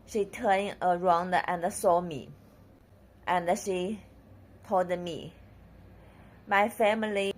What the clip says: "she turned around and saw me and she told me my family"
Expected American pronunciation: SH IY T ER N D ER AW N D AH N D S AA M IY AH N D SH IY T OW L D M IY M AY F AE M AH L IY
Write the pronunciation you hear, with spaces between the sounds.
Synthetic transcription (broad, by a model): SH IY T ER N ER AW N D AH N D S AA M IY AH N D SH IY T OW L D M IY M AY F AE M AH L IY